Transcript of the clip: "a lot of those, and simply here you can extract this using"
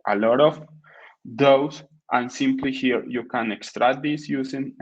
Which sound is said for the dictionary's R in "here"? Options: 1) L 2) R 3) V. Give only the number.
2